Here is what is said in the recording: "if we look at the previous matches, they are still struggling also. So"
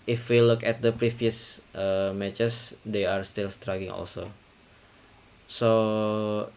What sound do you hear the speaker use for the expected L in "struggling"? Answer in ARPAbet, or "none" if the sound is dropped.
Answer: none